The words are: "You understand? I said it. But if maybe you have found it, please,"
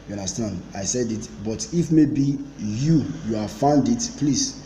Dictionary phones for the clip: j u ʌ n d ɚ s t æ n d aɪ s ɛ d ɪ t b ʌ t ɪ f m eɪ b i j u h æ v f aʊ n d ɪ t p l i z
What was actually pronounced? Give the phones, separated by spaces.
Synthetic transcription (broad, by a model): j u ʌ n d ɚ s t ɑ n d aɪ s ɛ d ɪ t b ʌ t ɪ f m eɪ b i j u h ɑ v f aʊ n d ɪ t p l i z